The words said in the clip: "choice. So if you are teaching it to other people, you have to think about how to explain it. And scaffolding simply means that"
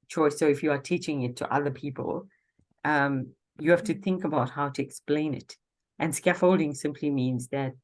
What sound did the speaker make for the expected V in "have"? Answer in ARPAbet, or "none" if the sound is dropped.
F